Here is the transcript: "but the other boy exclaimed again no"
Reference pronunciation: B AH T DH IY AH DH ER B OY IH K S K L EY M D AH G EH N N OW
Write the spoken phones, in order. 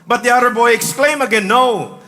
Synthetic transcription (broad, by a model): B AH T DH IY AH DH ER B OY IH K S K L EY M AH G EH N N OW